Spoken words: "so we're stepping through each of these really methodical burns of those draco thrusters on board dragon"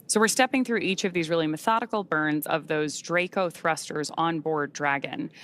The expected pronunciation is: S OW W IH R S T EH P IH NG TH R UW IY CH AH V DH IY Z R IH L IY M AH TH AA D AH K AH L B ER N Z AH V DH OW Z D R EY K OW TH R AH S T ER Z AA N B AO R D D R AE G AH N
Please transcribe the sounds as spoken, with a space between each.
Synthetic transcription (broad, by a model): S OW W IH R S T EH P IH NG TH R UW IY CH AH V DH IY Z R IH L IY M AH TH AA D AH K L B ER N Z AH V DH OW Z D R EY K OW TH R AH S T ER Z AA N B AO R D D R AE G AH N